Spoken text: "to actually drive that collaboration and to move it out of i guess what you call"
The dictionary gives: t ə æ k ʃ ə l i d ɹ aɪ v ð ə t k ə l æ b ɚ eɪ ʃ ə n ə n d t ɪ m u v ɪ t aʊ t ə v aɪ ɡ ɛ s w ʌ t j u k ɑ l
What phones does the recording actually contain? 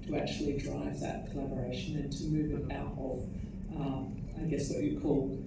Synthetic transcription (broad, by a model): t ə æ k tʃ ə l i d ɹ aɪ v ð ə t k ə l æ b ɚ eɪ ʃ ə n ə n t ɪ m u v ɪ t aʊ t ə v aɪ ɡ ɛ s w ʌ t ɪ k ɑ l